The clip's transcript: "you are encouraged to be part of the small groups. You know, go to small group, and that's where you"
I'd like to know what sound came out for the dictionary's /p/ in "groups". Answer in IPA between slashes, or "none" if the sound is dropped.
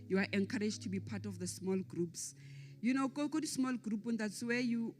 /p/